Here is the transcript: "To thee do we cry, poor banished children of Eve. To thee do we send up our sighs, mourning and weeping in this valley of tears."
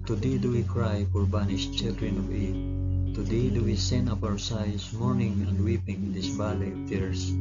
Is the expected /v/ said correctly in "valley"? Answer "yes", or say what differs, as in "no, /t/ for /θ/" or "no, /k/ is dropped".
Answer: no, /b/ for /v/